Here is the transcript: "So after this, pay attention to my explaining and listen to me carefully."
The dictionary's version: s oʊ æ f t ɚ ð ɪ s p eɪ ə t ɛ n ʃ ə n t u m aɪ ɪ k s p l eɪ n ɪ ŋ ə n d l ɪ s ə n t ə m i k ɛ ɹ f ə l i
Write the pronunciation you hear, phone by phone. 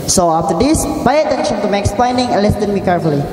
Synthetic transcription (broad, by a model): s oʊ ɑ f t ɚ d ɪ s b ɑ ə t ɛ n ʃ ə n t u m aɪ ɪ k s p l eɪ n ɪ ŋ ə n l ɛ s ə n m i k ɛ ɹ f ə l i